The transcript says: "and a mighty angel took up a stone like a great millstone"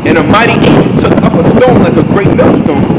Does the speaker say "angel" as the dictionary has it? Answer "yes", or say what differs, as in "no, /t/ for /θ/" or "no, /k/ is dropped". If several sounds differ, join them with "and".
no, /n/ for /l/